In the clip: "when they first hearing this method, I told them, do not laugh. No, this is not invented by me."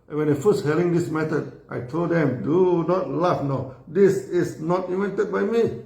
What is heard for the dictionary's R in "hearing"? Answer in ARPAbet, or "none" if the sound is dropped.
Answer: L